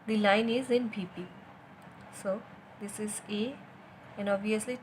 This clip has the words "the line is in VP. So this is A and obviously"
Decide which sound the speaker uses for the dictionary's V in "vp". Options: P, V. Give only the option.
P